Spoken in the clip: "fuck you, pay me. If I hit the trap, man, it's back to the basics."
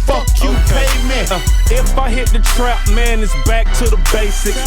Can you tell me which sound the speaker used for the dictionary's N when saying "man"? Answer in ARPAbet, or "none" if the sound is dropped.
N